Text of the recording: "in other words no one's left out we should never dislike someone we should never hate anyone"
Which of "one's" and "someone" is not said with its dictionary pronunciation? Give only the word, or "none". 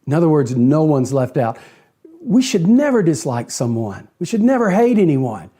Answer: none